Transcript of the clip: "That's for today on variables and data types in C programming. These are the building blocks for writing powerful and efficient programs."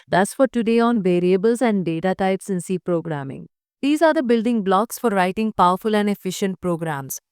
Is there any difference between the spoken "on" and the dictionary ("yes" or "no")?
no